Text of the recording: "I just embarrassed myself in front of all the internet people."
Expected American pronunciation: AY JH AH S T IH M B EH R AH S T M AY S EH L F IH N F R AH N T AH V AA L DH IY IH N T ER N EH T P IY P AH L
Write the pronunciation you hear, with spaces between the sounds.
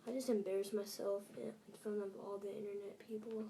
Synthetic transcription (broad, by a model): AY JH AH S T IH M B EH R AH S M AY S EH L F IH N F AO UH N AH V AA L DH IY IH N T ER N EH T P IY P L